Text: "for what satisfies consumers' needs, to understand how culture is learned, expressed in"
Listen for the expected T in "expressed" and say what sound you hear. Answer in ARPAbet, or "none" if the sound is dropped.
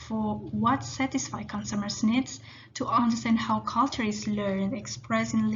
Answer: none